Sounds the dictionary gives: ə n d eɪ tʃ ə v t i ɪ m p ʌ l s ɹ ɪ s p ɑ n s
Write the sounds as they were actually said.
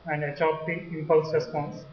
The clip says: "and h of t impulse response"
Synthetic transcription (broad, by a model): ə n d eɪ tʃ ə p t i ɪ m p ʌ l s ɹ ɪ s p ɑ n s